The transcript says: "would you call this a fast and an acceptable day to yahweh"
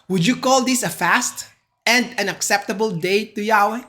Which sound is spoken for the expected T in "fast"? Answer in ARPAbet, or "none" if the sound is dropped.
T